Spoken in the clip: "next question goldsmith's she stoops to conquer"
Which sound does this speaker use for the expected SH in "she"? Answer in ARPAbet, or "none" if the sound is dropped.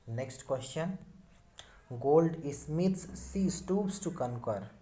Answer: S